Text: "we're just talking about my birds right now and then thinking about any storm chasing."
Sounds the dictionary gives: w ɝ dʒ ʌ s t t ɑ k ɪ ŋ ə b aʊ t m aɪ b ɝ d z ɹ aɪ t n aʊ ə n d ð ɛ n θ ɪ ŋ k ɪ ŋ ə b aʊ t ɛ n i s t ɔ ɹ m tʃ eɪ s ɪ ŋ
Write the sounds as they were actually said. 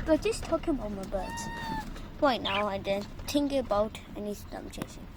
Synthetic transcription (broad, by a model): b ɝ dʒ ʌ s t t ɑ k ɪ ŋ ə b aʊ t m aɪ b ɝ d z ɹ aɪ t n aʊ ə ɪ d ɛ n t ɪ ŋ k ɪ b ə ʊ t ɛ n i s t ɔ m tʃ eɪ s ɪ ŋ